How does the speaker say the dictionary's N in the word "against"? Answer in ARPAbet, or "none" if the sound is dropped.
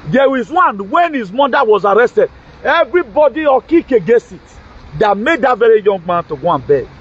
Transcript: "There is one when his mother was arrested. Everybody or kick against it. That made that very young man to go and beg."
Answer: none